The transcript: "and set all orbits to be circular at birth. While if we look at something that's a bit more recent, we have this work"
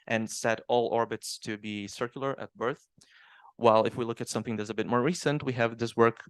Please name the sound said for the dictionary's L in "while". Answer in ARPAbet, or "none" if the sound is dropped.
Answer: L